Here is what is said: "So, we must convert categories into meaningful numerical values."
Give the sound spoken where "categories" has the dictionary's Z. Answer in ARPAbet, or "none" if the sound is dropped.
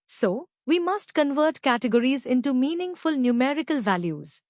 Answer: Z